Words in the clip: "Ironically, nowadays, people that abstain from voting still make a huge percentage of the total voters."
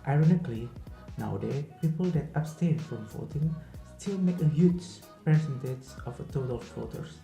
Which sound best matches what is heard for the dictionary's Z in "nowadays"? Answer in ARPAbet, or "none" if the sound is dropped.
none